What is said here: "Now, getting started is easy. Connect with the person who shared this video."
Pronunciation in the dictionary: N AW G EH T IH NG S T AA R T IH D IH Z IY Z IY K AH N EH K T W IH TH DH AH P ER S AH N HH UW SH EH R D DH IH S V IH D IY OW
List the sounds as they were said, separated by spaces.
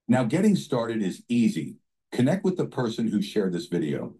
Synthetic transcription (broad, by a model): N AW G EH T IH NG S T AA R T IH D IH Z IY Z IY K AH N EH K T W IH DH AH P ER S AH N HH UW SH EH R D DH IH S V IH D IY OW